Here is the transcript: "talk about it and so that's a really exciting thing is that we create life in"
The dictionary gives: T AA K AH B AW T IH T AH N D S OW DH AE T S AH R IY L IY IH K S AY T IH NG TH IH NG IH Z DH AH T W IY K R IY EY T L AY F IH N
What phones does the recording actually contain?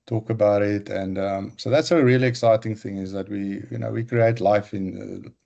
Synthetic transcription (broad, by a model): T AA K AH B AW T IH T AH N D S OW DH AE T S AH R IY L IY IH K S AY T IH NG TH IH NG IH Z DH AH T W IY K R IY EY T L AY F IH N